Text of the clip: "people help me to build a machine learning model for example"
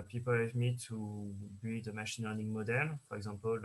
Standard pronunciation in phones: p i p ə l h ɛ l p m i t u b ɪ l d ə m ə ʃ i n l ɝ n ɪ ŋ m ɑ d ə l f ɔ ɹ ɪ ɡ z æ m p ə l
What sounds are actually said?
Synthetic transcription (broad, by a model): p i p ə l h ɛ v m i t u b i d ə m ə ʃ i n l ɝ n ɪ ŋ m ɑ d ə l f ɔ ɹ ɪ ɡ z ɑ p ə l